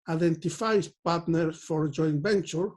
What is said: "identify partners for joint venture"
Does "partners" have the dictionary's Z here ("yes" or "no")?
no